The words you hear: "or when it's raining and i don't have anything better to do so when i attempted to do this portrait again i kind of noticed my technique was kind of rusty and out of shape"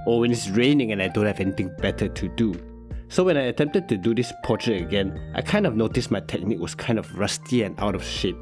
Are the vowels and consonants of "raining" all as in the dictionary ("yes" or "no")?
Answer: yes